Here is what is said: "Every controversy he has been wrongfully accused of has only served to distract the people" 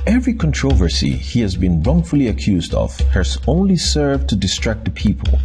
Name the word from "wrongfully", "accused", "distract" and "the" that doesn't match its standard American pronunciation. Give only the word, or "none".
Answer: none